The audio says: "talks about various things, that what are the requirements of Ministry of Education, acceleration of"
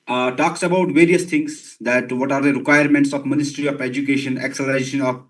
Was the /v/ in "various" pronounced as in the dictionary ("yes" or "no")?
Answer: yes